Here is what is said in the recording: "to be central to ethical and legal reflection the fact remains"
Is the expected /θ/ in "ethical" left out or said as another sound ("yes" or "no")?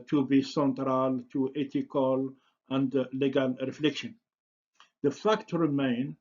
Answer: yes